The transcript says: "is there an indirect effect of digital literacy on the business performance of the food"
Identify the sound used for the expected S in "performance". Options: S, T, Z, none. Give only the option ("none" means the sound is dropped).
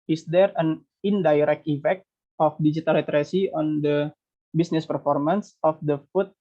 S